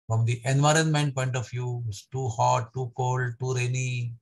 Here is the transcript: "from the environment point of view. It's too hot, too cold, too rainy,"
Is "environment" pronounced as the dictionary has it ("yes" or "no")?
yes